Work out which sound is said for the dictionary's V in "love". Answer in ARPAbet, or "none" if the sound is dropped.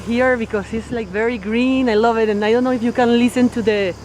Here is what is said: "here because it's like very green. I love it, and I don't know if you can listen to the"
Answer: V